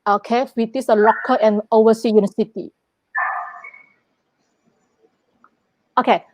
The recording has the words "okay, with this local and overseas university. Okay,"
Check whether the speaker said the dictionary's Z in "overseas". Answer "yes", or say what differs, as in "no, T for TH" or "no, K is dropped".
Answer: no, Z is dropped